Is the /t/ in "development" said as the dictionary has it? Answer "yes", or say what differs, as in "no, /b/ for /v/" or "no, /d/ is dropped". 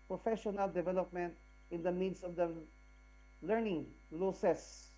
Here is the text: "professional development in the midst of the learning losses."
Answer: yes